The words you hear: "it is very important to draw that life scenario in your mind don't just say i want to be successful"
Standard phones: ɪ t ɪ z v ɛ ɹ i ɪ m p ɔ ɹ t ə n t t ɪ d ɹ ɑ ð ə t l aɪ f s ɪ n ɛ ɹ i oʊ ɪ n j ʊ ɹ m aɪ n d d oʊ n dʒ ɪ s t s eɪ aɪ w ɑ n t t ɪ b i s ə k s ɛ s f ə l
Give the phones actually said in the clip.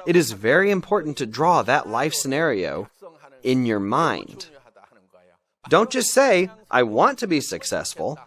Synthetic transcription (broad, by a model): ɪ t ɪ z v ɛ ɹ i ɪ m p ɔ ɹ t n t t ɪ d ɹ ɑ ð ə t l aɪ f s ɪ n ɛ ɹ i oʊ ɪ n j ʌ ɹ m aɪ n d d oʊ n tʃ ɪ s s eɪ aɪ w ɑ n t t ɪ b i s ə k s ɛ s f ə l